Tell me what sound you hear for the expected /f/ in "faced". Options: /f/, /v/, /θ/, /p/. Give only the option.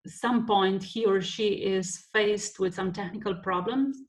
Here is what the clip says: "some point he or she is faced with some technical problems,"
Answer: /f/